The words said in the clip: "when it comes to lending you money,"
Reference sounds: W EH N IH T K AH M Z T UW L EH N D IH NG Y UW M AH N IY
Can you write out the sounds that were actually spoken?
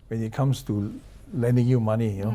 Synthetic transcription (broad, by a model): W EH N IH T K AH M S T UW L EH N D IH NG Y UW M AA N IY